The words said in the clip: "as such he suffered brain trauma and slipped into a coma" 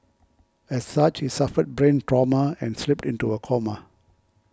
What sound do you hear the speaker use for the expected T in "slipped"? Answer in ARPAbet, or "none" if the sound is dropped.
T